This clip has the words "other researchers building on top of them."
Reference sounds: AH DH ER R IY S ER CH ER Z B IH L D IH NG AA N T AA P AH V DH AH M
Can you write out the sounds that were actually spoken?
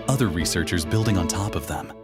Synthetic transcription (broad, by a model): AH DH ER R IY S ER CH ER Z B IH L D IH NG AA N T AA P AH V DH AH M